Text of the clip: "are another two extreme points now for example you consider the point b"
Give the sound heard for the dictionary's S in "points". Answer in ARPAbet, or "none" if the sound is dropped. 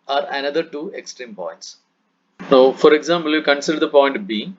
S